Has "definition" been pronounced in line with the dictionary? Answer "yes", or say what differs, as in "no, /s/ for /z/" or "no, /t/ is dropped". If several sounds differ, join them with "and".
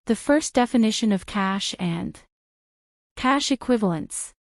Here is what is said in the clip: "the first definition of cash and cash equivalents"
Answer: yes